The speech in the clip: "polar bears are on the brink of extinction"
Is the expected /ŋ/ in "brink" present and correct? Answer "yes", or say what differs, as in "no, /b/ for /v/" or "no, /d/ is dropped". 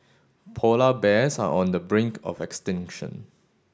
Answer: yes